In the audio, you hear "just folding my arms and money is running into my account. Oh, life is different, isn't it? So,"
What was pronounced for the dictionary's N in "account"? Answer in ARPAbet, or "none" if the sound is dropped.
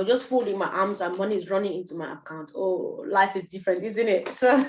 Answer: N